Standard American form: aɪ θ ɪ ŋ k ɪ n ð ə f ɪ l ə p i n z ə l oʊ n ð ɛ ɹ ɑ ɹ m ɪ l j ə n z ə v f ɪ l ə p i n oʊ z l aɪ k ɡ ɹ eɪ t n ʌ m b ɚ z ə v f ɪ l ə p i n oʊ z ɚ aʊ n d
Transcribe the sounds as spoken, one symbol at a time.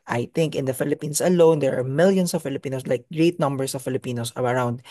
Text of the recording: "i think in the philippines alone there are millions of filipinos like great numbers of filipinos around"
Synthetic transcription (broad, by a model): aɪ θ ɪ ŋ k ɪ n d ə f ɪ l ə p i n s ə l oʊ n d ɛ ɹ ɑ ɹ m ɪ l j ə n s ə v f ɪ l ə p i n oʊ s l aɪ k ɡ ɹ eɪ t n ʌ m b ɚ s ə v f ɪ l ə p i n oʊ s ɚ aʊ n d